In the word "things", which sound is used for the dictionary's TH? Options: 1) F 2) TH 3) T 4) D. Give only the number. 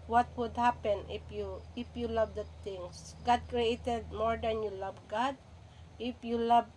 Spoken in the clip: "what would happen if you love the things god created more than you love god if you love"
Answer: 3